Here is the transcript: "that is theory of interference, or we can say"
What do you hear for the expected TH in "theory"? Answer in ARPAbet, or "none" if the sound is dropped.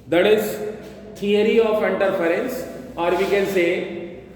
T